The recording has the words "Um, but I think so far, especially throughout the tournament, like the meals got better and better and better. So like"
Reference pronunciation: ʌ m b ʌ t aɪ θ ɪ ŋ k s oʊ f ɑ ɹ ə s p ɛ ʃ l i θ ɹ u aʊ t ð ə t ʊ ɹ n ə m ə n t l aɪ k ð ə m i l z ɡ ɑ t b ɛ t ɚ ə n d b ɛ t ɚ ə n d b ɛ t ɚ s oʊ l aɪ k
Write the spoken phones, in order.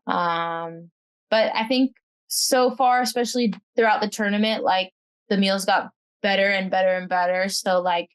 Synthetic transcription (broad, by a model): ʌ m b ʌ t aɪ θ ɪ ŋ k s oʊ f ɑ ɹ ə s p ɛ ʃ l i θ ɹ u aʊ t ð ə t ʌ ɹ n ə m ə n t l aɪ k ð ə m i l z ɡ ɑ t b ɛ t ɚ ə n b ɛ t ɚ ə n b ɛ t ɚ s oʊ l aɪ k